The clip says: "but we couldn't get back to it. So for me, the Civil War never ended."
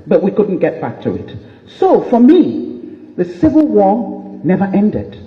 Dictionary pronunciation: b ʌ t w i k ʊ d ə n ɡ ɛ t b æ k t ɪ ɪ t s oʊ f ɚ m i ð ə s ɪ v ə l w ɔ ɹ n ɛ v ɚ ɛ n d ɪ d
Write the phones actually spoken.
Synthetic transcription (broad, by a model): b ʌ t w i k ʊ d n ɡ ɛ t b æ k t ɪ ɪ t s oʊ f ɚ m i ð ə s ɪ v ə l w ɔ ɹ n ɛ v ɚ ɛ n d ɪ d